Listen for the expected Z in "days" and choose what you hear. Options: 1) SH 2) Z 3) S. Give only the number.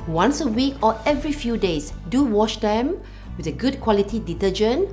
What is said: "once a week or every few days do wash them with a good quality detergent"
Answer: 3